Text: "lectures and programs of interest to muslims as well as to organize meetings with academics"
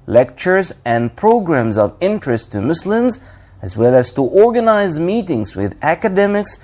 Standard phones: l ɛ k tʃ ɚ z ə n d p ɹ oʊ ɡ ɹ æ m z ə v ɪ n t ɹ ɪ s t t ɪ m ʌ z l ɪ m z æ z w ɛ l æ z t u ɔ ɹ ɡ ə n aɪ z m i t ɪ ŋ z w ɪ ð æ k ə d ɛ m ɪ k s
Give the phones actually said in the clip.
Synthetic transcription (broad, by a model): l ɛ k tʃ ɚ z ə n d p ɹ oʊ ɡ ɹ æ m z ə v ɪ n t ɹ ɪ s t t ɪ m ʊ s l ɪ m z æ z w ɛ l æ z t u ɔ ɹ ɡ ə n aɪ z m i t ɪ ŋ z w ɪ ð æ k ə d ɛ m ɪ k s